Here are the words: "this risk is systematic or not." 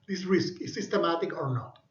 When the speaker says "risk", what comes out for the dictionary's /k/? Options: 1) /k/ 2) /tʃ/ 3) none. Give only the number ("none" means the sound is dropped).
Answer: 1